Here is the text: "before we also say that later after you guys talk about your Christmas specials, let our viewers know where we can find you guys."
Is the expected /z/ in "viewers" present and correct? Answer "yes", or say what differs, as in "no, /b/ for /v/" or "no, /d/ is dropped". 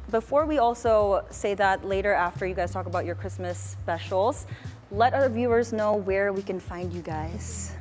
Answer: yes